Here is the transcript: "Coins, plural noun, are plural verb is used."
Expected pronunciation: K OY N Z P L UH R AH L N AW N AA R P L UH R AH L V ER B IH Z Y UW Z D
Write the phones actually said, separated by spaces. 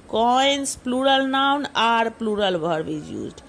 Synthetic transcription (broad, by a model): K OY N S P L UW R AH L N AW N AA R P L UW R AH L B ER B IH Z Y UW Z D